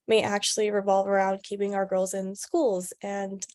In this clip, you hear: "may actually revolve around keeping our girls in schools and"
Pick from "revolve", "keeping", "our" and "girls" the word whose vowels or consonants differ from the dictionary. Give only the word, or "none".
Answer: none